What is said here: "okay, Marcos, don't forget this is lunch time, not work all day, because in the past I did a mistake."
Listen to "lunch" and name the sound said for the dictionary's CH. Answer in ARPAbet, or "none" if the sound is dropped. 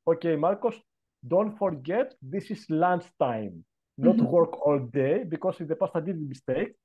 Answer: S